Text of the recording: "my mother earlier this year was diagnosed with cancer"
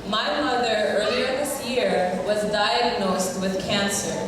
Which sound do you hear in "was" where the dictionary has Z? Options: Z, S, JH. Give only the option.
Z